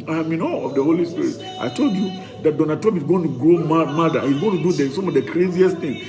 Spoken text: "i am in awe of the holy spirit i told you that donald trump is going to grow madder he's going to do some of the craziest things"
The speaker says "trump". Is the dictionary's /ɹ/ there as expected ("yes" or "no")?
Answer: no